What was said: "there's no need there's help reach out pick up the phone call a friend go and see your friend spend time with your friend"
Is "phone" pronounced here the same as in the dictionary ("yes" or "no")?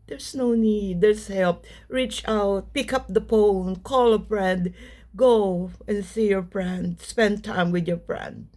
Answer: no